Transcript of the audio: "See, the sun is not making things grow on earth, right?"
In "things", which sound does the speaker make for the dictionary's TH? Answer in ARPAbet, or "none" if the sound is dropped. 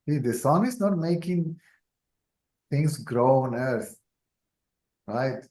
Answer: T